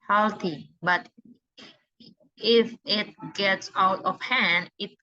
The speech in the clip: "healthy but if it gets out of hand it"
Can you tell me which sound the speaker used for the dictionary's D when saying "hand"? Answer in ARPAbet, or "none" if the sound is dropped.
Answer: D